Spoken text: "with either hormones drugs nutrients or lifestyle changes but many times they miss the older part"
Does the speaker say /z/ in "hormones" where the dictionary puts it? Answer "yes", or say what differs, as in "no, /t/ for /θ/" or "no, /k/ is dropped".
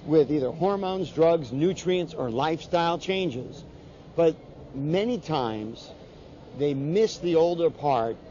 yes